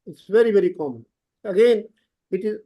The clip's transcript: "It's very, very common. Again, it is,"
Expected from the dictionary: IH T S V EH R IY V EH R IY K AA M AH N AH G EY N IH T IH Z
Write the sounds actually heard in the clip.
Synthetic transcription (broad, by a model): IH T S V EH R IY V EH R IY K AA M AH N AH G EY N IH T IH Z